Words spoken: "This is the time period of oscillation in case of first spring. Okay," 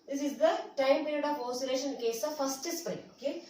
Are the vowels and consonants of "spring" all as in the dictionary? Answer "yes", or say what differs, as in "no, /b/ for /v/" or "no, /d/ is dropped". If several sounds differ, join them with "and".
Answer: no, /ɹ/ is dropped